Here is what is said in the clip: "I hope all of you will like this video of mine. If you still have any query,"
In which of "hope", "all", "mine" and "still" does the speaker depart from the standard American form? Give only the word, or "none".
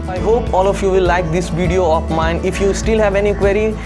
none